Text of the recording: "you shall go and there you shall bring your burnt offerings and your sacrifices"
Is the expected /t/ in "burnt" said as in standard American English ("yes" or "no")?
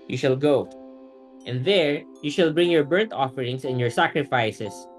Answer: yes